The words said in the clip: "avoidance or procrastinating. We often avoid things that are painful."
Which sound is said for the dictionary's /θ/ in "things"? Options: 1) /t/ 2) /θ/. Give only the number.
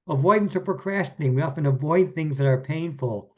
2